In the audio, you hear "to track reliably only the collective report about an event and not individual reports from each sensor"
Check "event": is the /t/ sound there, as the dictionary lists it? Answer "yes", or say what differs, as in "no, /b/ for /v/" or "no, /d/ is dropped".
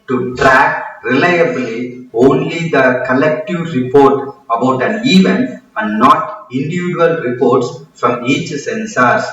no, /t/ is dropped